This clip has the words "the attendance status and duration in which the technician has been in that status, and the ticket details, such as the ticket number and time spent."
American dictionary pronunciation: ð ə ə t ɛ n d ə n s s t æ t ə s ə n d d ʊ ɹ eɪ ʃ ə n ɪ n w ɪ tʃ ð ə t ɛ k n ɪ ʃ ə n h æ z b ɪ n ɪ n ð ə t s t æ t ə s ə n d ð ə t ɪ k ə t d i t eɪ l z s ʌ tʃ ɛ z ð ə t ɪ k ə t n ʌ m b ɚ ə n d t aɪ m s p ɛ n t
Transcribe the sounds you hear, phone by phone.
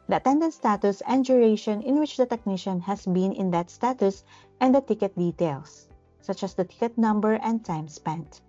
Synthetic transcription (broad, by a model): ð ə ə t ɛ n d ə n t s t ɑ t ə s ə n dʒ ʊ ɹ eɪ ʃ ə n ɪ n w ɪ tʃ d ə t ɛ k n ɪ ʃ ə n h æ s b ɪ n ɪ n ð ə t s t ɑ t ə s ə n d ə t ɪ k ə t d i t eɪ l s ʌ tʃ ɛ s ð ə t ɪ k ə t n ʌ m b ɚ ə n d t aɪ m s p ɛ n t